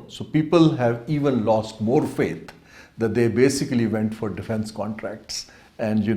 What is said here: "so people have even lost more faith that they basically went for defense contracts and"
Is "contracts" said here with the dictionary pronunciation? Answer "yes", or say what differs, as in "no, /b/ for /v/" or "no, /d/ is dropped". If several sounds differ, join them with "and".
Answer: yes